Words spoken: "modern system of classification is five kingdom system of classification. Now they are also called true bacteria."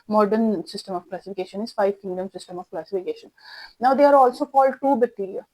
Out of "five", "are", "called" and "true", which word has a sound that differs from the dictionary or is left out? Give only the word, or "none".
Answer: true